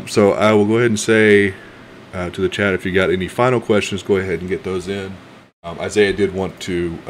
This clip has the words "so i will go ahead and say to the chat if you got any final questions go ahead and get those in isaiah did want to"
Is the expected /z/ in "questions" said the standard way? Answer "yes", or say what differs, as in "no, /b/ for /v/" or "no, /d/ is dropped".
yes